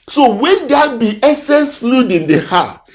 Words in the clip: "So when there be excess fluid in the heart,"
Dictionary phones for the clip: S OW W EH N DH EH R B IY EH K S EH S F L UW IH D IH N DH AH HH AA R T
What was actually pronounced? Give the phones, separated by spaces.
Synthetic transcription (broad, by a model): S OW W EH N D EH B IY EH S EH S F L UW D IH N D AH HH AA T